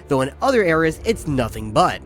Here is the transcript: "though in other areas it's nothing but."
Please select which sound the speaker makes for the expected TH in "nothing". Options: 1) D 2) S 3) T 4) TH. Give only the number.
4